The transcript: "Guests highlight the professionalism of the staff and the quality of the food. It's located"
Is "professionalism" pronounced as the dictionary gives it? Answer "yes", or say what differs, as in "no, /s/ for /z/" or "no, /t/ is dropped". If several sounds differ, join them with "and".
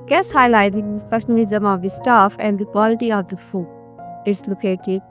no, /ɹ/ is dropped